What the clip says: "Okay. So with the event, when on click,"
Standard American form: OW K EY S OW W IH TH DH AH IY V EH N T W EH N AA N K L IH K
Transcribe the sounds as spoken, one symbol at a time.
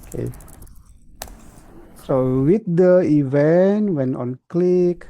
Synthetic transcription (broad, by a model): K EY S OW W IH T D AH IY V EH N T W EH N AA N K L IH K